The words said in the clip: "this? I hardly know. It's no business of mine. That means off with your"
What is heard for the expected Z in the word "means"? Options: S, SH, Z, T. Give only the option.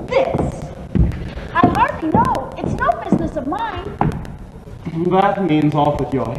Z